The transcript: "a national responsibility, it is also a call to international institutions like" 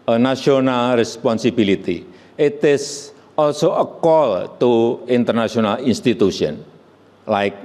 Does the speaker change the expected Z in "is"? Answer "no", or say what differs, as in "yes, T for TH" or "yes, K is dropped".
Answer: yes, S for Z